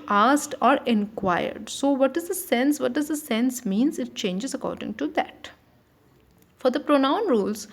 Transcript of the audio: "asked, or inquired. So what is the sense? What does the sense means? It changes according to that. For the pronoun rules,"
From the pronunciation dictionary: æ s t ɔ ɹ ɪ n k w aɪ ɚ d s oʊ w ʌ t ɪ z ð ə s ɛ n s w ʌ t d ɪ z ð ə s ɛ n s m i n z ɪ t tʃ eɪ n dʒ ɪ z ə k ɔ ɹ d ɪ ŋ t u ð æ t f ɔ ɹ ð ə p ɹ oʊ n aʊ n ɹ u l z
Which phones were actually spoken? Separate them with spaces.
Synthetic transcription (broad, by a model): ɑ s t ɔ ɹ ɪ n k w aɪ ɚ d s oʊ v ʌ t ɪ z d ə s ɛ n s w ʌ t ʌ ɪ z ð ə s ɛ n s m i n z ɪ t tʃ eɪ n dʒ ɪ z ə k ɔ ɹ d ɪ ŋ t u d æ t f ɔ ɹ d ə p ɹ oʊ n aʊ n ɹ u l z